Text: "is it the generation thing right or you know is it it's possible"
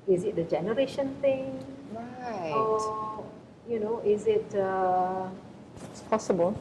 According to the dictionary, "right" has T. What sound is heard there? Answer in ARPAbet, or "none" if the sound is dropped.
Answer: none